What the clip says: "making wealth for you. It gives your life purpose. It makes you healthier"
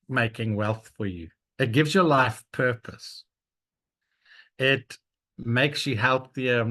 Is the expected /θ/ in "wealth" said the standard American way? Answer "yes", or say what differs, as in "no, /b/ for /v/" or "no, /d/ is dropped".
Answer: yes